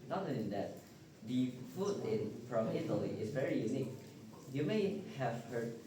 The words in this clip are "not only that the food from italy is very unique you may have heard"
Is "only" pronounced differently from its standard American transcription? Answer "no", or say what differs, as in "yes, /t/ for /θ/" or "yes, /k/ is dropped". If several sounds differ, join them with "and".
yes, /l/ is dropped